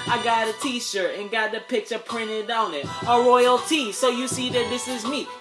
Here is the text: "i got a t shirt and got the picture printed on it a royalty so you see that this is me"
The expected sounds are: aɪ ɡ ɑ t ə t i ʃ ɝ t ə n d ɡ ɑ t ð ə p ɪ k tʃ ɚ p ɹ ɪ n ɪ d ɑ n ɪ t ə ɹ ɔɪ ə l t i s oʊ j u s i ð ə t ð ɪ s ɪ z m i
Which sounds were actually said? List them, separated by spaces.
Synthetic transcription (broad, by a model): aɪ ɡ ɑ t ə t i ʃ ɝ t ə n ɡ ɑ t ð ə p ɪ k tʃ ɚ p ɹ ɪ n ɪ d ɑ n ɪ t ə ɹ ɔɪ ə l t i s oʊ j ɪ s i ð ə t ð ɪ s ɪ z m i